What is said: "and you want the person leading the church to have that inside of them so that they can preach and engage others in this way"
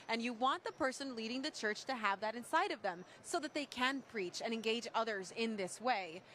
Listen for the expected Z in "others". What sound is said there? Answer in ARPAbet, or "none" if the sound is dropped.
Z